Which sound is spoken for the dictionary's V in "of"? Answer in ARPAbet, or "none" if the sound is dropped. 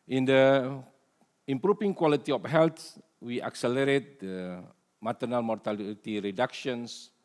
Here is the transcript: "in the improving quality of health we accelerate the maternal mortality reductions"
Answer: F